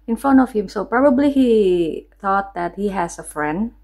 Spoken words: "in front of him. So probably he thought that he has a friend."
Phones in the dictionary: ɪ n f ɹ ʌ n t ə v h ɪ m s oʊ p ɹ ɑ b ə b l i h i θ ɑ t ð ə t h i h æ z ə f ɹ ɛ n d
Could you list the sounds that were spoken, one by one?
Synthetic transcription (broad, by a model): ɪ n f ʌ n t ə f h ɪ m s oʊ p ɹ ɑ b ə b l i h i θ ɑ t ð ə t h i h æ s ə f ɹ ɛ n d